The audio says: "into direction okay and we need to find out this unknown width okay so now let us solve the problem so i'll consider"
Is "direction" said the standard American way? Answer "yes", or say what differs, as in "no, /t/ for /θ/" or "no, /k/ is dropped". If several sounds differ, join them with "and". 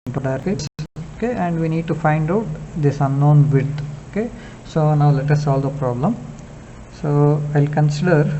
no, /ʃ/ is dropped